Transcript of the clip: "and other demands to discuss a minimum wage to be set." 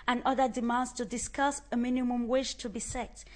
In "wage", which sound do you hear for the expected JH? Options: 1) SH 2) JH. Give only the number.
1